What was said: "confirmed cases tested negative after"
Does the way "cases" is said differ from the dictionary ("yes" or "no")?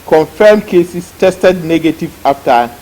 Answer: yes